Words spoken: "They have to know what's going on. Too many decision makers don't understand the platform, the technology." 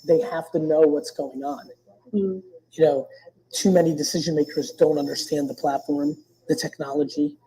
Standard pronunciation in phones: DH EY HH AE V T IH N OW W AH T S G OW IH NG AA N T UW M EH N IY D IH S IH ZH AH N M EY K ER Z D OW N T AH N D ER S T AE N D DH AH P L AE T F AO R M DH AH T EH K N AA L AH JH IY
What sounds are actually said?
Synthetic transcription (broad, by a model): DH EY HH AE F T IH N OW W AH T S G OW IH NG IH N T UW M EH N IY D IH S IH ZH AH N M EY K ER Z D OW N T AH N D ER S T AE N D DH AH P L AE T F AO R M DH AH T EH K N AA L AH JH IY